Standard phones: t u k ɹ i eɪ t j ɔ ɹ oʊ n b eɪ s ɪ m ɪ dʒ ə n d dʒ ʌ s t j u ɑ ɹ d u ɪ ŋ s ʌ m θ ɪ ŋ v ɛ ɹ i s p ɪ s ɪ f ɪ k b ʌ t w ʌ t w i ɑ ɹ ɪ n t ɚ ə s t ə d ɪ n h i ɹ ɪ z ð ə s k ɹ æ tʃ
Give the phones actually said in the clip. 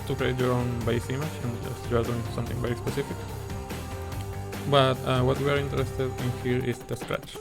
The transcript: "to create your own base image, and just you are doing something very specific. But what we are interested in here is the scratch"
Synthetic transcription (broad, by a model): t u k ɹ i eɪ t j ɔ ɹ oʊ n b eɪ s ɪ m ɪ tʃ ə n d dʒ ʌ s t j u ɑ ɹ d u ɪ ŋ s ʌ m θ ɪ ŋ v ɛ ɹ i s p ɪ s ɪ f ɪ k b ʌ t w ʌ t w i ɑ ɹ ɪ n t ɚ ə s t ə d ɪ n h i ɹ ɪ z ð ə s k ɹ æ tʃ